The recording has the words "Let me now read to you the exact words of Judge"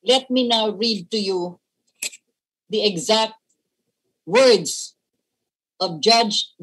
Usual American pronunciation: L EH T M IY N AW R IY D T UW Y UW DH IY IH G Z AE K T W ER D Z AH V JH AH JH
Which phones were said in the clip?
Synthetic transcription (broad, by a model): L EH T M IY N AW R IY D T UW Y UW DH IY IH G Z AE K T W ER D S AH V JH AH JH